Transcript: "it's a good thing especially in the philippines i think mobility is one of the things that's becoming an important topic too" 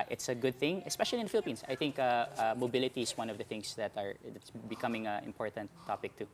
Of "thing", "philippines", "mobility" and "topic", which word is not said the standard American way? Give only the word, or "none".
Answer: philippines